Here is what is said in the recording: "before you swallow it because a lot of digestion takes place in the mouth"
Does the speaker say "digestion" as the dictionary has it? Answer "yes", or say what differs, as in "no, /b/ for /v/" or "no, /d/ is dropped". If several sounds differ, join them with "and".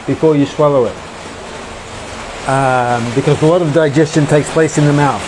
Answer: yes